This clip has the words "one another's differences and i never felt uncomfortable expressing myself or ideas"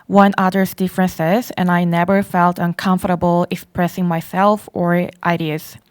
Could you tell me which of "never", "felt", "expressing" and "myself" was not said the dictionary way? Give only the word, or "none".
none